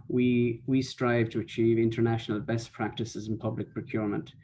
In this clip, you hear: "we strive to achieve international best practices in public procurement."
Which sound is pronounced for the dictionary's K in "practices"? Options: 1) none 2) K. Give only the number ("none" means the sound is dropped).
2